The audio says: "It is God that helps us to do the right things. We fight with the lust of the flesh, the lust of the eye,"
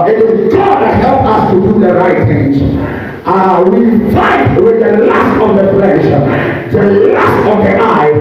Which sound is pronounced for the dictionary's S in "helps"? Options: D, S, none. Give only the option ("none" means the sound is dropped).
none